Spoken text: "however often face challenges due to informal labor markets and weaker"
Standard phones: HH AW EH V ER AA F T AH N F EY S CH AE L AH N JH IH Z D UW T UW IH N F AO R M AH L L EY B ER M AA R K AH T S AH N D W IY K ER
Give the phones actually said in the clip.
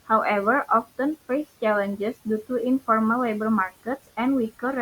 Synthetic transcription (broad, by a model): HH AW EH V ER AA F T AH N F EY S CH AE L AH N JH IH S D UW T UW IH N F AO R M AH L L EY B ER M AA R K AH T S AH N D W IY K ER